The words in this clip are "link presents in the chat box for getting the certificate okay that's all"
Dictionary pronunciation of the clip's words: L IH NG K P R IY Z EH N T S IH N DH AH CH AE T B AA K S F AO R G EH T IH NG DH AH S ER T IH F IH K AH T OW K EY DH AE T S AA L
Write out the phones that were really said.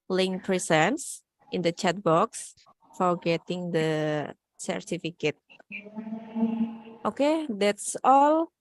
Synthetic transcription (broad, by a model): L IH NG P R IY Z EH N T S IH N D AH CH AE T B AA K S F AO R G EH T IH NG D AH S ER T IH F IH K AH T OW K EY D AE T S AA L